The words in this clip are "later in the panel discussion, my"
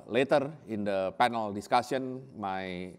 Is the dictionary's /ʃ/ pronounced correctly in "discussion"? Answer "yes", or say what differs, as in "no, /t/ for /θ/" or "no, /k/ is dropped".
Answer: no, /s/ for /ʃ/